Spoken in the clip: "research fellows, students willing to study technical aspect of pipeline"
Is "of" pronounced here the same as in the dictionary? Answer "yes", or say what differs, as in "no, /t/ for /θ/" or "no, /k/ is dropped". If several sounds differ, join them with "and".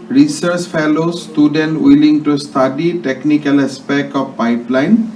no, /p/ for /v/